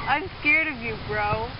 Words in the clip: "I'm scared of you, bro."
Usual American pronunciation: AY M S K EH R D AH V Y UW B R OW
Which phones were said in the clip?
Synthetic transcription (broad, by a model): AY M S K EH R D AH V Y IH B R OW